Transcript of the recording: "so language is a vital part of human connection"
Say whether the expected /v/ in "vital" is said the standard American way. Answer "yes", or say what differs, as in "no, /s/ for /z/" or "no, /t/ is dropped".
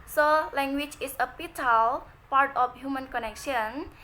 no, /p/ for /v/